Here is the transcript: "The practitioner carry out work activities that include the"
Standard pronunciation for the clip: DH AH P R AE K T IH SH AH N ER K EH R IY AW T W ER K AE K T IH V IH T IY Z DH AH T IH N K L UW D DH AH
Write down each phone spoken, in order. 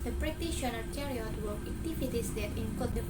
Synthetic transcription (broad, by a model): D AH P R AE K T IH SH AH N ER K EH R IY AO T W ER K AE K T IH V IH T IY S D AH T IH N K AO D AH